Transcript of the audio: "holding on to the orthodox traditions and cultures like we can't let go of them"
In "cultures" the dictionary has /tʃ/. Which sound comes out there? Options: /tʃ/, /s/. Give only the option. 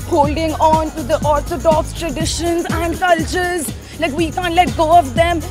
/tʃ/